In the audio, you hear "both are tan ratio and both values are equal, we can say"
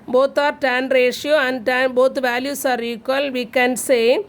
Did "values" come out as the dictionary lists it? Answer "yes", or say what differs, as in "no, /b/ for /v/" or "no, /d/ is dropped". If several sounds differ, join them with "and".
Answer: no, /s/ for /z/